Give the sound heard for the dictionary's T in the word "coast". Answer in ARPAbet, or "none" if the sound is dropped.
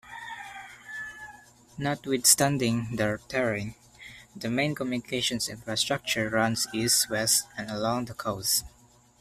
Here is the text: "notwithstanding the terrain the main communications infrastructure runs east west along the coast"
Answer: none